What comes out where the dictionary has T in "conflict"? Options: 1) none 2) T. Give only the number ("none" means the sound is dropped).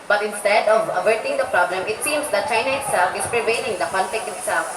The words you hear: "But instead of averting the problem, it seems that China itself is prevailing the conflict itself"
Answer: 1